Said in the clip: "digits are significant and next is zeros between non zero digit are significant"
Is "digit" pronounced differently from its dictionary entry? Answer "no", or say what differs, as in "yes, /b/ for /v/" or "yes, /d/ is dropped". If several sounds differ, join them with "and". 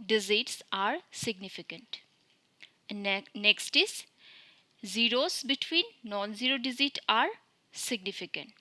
yes, /z/ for /dʒ/